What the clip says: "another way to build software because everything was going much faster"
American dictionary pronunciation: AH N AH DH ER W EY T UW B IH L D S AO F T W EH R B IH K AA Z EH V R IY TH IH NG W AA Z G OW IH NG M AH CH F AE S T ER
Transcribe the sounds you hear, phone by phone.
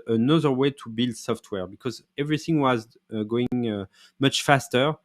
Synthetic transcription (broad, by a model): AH N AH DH ER W EY T UW B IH L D S AO F T W EH R B IH K AA Z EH V R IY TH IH NG W AA Z G OW IH NG M AH CH F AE S T ER